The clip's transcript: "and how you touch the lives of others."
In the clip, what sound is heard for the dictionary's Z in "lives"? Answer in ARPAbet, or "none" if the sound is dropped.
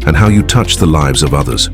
Z